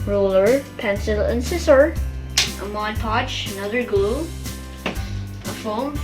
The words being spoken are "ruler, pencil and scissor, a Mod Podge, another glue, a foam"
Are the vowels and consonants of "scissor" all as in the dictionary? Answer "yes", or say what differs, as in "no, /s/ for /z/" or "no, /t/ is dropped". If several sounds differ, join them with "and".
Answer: no, /s/ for /z/